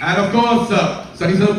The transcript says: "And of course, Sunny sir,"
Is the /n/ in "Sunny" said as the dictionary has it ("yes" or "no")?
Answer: no